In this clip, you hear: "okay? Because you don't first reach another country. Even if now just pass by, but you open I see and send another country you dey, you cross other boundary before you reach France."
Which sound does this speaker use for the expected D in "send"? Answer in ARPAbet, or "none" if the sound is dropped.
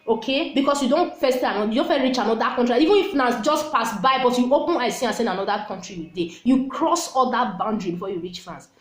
none